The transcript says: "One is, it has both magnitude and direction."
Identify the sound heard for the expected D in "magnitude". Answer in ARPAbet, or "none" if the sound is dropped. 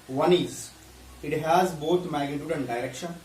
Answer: D